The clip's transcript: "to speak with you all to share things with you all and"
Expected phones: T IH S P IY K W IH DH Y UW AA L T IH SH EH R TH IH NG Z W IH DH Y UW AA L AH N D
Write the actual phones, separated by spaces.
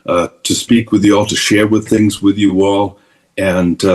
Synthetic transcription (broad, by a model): T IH S P IY K W IH DH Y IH AA L T IH SH EH R TH IH NG Z W IH DH Y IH AA L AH N